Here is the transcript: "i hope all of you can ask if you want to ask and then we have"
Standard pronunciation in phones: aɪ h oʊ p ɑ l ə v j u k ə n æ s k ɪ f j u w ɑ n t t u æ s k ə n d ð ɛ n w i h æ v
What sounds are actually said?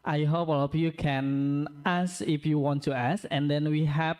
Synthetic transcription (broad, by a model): aɪ h oʊ p ɑ l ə p j u k ə n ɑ s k ɪ f j u w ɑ n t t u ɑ s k ə n d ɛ n w i h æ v